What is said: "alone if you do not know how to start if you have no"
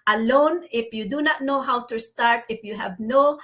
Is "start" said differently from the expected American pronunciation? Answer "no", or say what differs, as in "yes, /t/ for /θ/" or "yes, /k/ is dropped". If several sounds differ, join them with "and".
no